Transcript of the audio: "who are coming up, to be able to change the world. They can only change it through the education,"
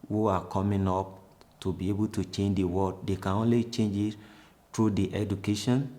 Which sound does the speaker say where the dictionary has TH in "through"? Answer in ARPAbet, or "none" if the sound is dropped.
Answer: T